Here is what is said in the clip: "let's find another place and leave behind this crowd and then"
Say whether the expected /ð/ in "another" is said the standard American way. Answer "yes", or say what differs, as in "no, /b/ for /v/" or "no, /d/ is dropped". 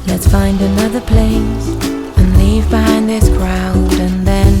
yes